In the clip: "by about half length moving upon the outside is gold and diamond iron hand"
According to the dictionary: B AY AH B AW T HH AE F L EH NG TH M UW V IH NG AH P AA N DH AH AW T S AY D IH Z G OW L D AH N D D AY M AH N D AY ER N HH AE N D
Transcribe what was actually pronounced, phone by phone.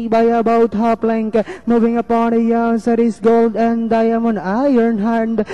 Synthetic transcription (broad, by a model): B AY AH B AW T HH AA P L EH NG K M UW V IH NG AH P AA N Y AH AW S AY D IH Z G OW L D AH N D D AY M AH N AY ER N HH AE N D